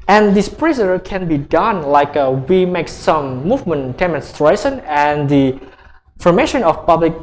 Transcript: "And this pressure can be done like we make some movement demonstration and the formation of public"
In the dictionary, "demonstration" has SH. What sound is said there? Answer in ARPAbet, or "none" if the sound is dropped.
S